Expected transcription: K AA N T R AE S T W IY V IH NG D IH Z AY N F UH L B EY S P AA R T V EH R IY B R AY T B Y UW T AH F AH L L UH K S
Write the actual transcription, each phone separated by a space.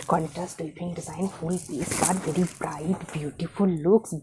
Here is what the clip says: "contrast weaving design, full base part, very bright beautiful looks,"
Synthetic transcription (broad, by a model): K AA N T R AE S T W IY P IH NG D IH Z AY N F UH L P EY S B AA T V EH R IY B R AY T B Y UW T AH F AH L L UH K S